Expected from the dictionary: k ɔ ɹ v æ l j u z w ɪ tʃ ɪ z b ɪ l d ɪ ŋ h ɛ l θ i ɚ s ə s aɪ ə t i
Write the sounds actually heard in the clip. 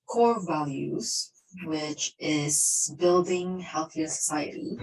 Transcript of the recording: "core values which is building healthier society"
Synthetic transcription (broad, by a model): k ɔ ɹ v æ l j u z w ɪ tʃ ɪ z b ɪ l d ɪ ŋ h ɛ l θ i ɚ s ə s aɪ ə t i